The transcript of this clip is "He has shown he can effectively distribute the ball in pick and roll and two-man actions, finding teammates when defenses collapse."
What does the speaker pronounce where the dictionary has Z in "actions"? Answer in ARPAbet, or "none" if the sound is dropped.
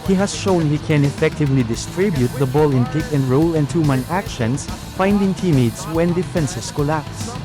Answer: S